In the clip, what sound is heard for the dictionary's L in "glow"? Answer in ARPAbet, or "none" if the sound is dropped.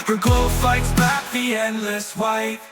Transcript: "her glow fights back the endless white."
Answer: none